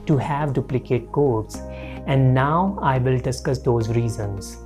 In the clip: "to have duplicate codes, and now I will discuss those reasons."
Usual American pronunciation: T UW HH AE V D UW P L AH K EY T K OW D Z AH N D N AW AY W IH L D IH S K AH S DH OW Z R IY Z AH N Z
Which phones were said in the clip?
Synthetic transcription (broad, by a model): T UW HH AE V D UW P L AH K EY T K OW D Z AH N D N AW AY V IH L D IH S K AH S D OW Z R IY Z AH N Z